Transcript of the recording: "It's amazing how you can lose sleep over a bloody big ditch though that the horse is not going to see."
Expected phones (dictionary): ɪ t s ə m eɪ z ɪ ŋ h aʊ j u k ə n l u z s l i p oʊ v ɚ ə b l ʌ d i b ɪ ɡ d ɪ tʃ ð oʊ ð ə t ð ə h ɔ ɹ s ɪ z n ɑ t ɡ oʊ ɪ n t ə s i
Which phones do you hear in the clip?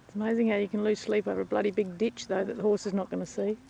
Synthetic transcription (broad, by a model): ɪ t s ə m eɪ z ɪ ŋ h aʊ j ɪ k ə n l u z s l i p oʊ v ɚ ə b l ʌ d i b ɪ ɡ d ɪ tʃ ð oʊ ð ə t ð ə h ɔ ɹ s ɪ z n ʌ t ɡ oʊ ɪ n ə s i